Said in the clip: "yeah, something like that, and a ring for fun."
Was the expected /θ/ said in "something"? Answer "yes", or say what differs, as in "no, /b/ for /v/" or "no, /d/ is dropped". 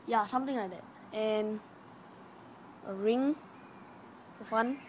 no, /t/ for /θ/